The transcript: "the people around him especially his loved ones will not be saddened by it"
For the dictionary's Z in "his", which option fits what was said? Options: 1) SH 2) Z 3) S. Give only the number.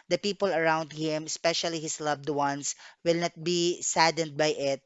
3